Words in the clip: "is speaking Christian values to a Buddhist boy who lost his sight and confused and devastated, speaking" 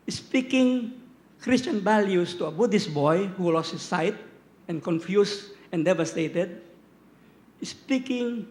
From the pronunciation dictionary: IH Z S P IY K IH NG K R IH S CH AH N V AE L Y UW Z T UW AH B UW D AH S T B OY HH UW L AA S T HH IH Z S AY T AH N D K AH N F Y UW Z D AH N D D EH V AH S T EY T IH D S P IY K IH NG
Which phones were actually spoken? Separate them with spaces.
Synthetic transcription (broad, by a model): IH S P IY K IH NG K R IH S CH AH N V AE L Y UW S T UW AH B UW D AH S B OY HH UW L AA S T HH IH S AY T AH N K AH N F Y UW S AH N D D EH V AH S T EY T IH D S P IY K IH NG